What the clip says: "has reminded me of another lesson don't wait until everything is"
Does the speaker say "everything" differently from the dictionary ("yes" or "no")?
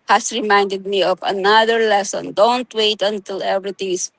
yes